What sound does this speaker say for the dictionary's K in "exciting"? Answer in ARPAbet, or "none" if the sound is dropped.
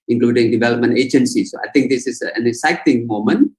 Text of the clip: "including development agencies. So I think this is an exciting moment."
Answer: none